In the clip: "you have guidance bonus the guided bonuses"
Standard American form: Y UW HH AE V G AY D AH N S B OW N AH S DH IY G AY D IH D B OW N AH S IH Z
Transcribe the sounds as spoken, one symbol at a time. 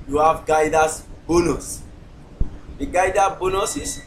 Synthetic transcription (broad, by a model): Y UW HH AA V G AY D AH S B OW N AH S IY G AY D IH B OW N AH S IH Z